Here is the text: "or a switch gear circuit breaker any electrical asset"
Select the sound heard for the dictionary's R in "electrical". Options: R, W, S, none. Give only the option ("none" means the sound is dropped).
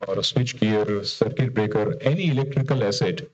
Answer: R